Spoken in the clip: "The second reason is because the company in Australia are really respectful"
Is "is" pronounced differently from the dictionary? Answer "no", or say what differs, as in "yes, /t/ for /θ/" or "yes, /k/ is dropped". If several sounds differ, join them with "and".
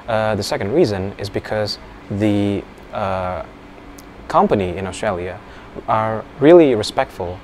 no